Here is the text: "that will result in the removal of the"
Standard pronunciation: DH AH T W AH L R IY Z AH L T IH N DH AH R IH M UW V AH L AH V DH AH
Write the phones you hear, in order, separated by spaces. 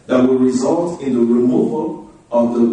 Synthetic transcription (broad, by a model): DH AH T W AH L R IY Z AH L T IH N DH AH R IH M UW V AH L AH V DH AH